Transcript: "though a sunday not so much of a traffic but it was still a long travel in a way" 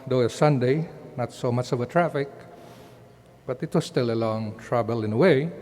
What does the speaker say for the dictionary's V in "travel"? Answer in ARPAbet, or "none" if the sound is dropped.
B